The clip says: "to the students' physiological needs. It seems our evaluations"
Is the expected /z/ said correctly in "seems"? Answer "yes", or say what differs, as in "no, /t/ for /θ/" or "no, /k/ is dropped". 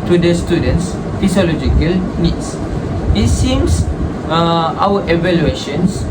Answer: no, /s/ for /z/